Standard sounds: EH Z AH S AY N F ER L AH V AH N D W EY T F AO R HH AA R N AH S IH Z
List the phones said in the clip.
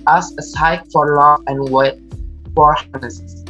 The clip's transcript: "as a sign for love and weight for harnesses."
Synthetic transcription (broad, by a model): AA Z AH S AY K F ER L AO AH N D W EY T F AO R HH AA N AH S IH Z